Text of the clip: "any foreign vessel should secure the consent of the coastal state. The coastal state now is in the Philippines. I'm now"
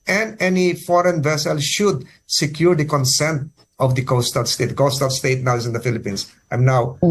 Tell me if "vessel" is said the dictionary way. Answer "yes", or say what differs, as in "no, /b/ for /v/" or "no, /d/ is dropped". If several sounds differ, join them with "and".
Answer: yes